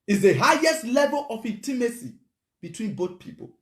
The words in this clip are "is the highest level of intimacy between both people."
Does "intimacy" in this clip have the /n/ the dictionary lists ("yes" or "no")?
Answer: no